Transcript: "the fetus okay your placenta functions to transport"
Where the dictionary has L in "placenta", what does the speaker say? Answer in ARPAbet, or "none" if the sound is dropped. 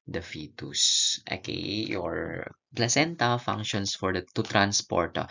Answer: L